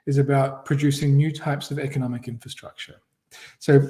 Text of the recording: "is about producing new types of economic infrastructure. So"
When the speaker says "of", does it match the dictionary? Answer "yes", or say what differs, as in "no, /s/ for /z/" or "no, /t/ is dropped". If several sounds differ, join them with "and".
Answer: yes